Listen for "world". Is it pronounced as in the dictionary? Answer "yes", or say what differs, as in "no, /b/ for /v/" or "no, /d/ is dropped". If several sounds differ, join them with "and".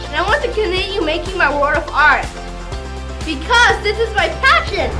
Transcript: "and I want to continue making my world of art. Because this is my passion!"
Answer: no, /l/ is dropped